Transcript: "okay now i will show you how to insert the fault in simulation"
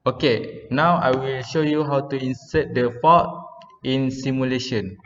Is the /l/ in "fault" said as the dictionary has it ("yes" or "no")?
no